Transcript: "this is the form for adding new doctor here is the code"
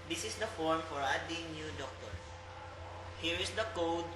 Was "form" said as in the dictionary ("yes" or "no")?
yes